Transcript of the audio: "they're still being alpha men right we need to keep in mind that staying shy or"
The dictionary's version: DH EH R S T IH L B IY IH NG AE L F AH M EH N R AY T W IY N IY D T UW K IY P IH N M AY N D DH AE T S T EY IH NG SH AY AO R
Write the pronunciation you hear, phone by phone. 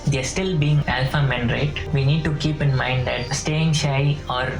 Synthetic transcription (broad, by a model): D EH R S T IH L B IY IH NG AE L F AH M EH N R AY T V IY N IY D T UW K IY P IH N M AY N D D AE T S T EY IH NG SH AY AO R